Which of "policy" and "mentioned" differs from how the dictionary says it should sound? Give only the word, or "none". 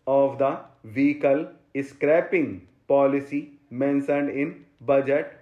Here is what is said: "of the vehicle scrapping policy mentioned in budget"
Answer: mentioned